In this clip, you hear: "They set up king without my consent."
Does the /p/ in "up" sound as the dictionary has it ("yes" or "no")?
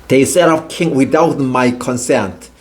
no